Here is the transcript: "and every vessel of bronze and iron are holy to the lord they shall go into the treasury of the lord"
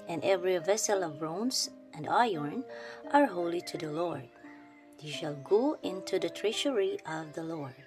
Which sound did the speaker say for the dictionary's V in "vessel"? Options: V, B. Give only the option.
V